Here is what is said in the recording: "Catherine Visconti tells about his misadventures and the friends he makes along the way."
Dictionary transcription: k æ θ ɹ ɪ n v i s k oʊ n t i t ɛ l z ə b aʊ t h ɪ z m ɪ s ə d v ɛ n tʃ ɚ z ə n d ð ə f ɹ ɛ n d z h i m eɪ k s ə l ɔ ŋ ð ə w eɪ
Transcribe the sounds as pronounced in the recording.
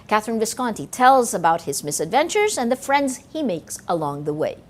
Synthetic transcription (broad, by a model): k æ θ ɹ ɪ n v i s k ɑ n t i t ɛ l z ə b aʊ t h ɪ z m ɪ s ə d v ɛ n tʃ ɚ z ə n ð ə f ɹ ɛ n d z h i m eɪ k s ə l ɔ ŋ ð ə w eɪ